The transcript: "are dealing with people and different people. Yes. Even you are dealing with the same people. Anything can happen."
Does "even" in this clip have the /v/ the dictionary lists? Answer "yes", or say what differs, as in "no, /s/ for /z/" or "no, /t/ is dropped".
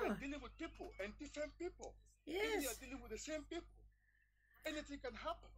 no, /v/ is dropped